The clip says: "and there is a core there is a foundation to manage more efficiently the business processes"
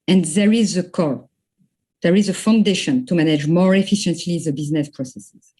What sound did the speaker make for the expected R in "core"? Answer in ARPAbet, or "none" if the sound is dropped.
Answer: L